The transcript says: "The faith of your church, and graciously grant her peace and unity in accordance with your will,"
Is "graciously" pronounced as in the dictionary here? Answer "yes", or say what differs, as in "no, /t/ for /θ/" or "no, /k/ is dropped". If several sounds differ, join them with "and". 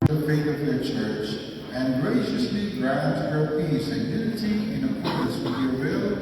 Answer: yes